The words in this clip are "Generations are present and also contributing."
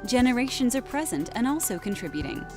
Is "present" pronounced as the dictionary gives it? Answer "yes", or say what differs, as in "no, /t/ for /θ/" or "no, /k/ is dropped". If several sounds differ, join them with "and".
yes